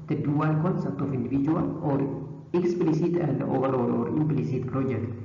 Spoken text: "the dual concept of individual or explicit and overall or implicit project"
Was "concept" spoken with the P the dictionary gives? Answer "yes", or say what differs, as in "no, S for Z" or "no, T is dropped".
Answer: no, P is dropped